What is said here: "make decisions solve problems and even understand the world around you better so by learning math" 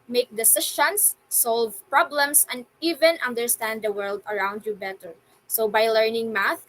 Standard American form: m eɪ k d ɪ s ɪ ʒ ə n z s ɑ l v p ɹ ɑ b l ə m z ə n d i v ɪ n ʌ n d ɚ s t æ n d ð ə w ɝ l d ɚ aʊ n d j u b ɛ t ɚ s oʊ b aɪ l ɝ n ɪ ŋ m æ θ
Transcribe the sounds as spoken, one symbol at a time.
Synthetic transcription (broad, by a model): m eɪ k d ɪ s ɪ ʃ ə n s ɑ l v p ɹ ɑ b l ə m s ə n d i v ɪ n ʌ n d ɚ s t æ n d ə w ɝ l d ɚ aʊ n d j u b ɛ t ɚ s oʊ b aɪ l ɝ n ɪ ŋ m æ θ